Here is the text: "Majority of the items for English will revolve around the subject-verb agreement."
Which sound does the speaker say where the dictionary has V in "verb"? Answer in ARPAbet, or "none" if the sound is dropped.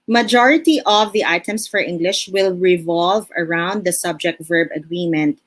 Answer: V